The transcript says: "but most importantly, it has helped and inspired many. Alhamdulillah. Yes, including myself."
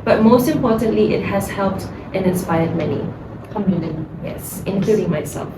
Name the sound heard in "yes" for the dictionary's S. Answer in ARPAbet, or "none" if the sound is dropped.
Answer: S